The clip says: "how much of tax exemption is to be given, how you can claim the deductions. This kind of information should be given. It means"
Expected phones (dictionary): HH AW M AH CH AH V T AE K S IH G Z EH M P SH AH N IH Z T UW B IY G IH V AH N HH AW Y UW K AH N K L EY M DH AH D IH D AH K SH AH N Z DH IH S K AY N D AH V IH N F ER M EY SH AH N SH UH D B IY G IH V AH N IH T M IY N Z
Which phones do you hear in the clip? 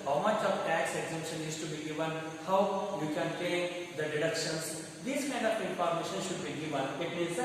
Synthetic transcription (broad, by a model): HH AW M AH CH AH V T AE K S IH G Z EH M P SH AH N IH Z T UW B IY G IH V AH N HH AW Y UW K AH N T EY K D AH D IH D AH K SH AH N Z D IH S K AY N D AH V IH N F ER M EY SH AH N SH UH D B IY G IH V AH N IH T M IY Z